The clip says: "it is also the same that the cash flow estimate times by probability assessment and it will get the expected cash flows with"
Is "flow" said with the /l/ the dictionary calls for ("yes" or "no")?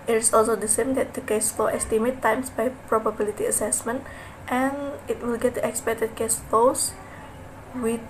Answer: no